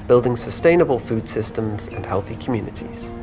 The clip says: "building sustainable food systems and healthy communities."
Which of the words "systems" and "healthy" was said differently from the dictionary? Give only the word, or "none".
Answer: none